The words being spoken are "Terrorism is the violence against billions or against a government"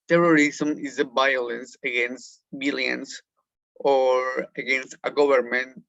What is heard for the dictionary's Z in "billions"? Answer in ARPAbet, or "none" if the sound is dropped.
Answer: S